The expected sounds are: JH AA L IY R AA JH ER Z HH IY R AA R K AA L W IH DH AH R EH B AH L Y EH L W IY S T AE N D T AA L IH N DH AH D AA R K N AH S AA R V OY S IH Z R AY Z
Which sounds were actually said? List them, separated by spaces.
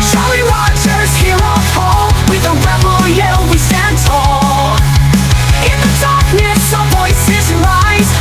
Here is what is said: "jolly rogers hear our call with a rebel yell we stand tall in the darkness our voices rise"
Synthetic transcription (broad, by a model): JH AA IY W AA CH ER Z HH IY R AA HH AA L W IH DH AH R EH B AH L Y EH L W IY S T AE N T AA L IH N DH AH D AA R K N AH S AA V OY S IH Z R AY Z